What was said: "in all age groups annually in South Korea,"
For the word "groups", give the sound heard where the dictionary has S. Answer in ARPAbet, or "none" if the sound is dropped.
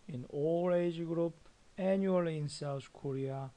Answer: none